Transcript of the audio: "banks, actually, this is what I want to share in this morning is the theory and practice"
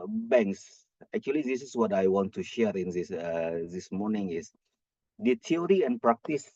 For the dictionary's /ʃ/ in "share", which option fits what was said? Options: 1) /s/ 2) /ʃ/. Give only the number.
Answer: 2